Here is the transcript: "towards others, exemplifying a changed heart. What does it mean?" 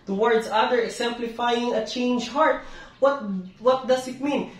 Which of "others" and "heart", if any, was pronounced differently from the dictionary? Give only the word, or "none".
others